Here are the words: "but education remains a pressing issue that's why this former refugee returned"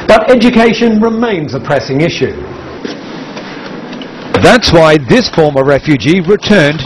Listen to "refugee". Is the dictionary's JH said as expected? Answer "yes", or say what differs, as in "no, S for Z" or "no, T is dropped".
yes